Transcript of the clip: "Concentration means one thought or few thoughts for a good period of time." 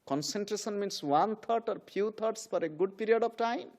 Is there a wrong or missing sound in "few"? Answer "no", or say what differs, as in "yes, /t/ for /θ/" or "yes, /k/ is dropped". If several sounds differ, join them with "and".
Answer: yes, /p/ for /f/